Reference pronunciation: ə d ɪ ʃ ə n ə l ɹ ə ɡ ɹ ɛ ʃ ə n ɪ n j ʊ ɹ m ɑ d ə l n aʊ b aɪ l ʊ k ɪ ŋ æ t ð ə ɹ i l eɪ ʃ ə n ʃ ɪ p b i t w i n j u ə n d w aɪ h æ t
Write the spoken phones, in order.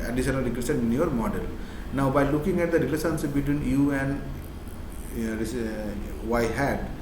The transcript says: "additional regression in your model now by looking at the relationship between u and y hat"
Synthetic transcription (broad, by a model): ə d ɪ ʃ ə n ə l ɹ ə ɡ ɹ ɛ s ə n ɪ n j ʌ ɹ m ɑ d ə l n aʊ b aɪ l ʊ k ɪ ŋ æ t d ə ɹ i l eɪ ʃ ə n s b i t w i n j u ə n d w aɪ h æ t